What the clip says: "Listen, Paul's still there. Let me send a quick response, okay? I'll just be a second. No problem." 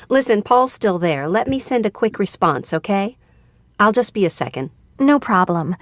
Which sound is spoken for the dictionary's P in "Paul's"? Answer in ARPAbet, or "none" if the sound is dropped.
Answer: P